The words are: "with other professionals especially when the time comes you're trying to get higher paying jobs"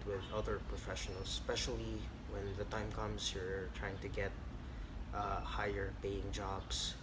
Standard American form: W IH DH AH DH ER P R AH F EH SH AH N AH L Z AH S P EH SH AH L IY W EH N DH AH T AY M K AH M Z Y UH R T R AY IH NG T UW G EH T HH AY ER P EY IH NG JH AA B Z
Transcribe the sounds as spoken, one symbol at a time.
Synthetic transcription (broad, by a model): W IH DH AH DH ER P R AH F EH SH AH N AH L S S P EH SH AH L IY W EH N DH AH T AY M K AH M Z Y UH R T R AY IH NG T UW G EH T HH AY ER P EY IH NG JH AA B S